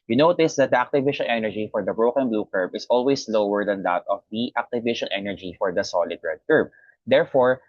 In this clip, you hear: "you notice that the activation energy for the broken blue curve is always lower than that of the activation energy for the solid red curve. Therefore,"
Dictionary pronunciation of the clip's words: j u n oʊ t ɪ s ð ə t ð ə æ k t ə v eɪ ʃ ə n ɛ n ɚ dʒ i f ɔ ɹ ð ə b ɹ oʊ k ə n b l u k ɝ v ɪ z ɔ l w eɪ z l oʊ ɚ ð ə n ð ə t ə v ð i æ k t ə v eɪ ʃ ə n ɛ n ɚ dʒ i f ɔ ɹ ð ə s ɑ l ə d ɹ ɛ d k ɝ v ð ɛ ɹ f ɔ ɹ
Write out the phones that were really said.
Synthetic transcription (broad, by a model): j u n oʊ t ɪ s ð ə t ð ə k t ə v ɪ ʃ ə n ɛ n ɚ dʒ i f ɔ ɹ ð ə b ɹ oʊ k ə n b l u k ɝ b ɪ s ɔ l w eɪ s l oʊ ɚ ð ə n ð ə t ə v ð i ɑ k t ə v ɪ ʃ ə n ɛ n ɚ dʒ i f ɔ ɹ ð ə s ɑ l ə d ɹ ɛ d k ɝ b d ɛ ɹ f ɔ ɹ